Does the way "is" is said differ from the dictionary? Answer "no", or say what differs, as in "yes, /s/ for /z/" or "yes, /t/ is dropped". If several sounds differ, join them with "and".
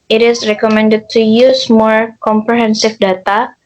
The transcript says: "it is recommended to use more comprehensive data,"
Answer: yes, /s/ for /z/